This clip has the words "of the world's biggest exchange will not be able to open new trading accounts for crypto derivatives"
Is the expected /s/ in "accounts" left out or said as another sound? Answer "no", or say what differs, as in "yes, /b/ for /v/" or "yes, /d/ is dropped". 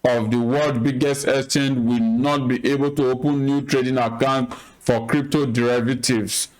yes, /s/ is dropped